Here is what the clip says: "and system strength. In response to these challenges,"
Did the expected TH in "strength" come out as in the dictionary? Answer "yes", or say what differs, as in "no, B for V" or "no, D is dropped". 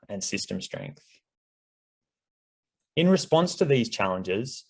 yes